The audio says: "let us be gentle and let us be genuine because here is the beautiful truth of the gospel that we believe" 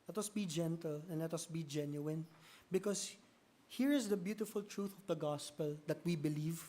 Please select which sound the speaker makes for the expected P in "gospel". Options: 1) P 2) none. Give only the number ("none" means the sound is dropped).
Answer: 1